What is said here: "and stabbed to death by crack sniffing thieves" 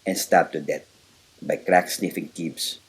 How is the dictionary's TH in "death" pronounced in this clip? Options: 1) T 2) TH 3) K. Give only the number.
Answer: 1